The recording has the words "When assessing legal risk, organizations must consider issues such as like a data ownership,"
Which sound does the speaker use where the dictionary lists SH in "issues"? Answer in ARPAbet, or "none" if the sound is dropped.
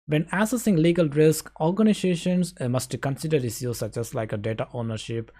S